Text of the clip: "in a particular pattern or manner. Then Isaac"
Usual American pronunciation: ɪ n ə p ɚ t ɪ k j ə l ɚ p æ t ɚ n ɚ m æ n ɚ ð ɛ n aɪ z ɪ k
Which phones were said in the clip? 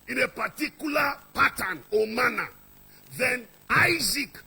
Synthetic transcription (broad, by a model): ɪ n ə p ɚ t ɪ k j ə l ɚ p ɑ t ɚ n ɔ m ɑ n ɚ ð ɛ n aɪ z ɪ k